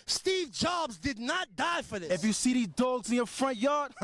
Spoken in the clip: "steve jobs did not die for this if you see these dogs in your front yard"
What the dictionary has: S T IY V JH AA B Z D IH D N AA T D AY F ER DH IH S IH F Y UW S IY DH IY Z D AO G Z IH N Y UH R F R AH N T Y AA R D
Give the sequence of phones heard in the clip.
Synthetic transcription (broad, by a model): S T IY V JH AA B Z D IH D N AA T D AY F ER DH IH IH F Y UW S IY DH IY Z D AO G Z IH N Y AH R F R AH N T Y AA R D